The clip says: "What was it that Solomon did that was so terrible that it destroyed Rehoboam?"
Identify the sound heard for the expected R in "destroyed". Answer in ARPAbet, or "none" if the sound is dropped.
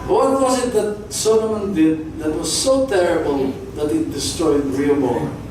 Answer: R